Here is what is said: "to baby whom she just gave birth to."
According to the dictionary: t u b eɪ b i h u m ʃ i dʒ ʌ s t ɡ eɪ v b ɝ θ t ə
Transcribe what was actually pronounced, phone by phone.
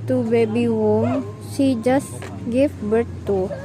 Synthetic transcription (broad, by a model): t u b eɪ b i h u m s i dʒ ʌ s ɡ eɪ f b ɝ t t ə